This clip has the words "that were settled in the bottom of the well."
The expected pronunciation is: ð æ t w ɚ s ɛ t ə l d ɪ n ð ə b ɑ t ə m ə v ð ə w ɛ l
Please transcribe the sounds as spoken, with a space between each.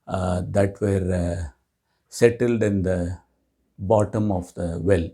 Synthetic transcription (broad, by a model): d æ t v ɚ s ɛ t ə l d ɪ n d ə b ɑ t ə m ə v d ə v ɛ l